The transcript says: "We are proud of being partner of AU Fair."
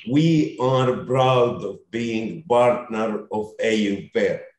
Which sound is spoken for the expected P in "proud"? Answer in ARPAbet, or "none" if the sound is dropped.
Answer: B